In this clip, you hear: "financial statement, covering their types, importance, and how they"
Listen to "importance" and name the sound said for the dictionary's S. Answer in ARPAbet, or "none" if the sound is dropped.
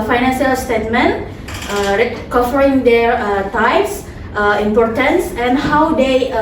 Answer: S